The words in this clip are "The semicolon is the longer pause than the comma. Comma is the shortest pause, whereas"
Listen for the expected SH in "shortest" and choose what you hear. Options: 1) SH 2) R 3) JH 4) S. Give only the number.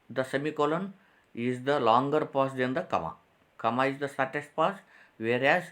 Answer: 4